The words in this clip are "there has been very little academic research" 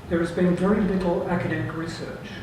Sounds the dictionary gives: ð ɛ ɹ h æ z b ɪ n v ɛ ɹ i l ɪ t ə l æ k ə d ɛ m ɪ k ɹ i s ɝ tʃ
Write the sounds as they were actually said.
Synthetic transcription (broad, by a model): ð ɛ ɹ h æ z b ɪ n v ɛ ɹ i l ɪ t l æ k ə d ɛ m ɪ k ɹ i s ɝ tʃ